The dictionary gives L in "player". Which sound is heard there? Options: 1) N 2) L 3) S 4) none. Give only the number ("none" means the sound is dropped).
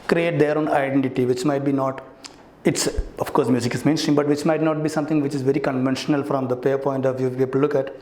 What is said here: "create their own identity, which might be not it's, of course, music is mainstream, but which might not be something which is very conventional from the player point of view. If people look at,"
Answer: 4